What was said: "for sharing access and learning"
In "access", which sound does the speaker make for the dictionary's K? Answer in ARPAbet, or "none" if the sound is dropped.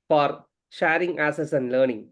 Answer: none